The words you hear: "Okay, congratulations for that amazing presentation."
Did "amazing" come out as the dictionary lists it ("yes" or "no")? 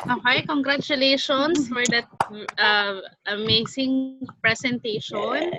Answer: no